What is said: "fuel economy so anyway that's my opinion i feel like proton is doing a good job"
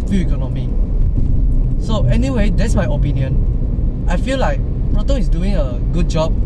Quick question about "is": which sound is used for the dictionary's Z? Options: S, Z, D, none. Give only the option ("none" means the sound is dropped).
S